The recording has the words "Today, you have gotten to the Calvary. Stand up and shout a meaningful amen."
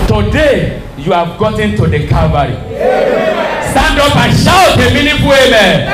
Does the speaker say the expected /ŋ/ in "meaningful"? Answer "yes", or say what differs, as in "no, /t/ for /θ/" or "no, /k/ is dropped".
no, /ŋ/ is dropped